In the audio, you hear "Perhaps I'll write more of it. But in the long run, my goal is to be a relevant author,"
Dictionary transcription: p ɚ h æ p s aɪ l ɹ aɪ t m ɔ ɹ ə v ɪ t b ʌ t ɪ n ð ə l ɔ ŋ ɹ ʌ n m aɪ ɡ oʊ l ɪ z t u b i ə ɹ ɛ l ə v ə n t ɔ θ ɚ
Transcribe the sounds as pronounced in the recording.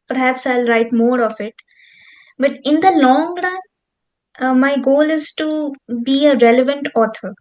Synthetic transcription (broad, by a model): p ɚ h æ p s aɪ l ɹ aɪ t m ɔ ɹ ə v ɪ t b ʌ t ɪ n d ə l ɔ ŋ ɹ ʌ n m aɪ ɡ oʊ l ɪ z t u b i ə ɹ ɛ l ə v ə n t ɔ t ɚ